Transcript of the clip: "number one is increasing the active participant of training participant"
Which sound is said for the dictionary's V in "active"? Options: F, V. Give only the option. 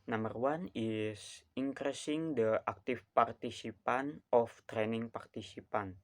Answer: F